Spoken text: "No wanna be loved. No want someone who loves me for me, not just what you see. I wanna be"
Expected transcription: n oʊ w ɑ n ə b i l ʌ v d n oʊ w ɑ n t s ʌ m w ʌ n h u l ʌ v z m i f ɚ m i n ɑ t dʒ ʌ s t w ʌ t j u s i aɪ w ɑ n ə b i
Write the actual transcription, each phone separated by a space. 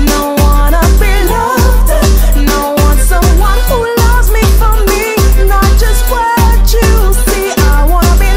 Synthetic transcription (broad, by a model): n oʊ w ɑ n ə b i l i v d n oʊ w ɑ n s ʌ m w ʌ n h u l ʌ v z m i f ɚ m i n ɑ t dʒ ʌ s t w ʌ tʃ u s i aɪ w ɑ n ə b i